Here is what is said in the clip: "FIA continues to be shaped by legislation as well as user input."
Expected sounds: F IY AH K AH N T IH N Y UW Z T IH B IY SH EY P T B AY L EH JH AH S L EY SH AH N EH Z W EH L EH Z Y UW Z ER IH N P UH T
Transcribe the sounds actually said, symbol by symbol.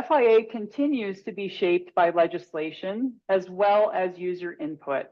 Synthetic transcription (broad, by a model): F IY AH K AH N T IH N Y UW Z T IH B IY SH EY P T B AY L EH JH AH S L EY SH AH N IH Z W EH L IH Z Y UW Z ER IH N P UH T